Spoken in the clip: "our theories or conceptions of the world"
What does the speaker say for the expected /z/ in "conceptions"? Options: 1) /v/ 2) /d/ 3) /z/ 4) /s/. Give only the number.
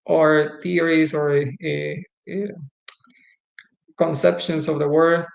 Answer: 4